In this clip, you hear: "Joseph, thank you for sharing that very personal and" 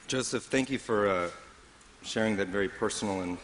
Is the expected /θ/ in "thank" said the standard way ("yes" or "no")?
yes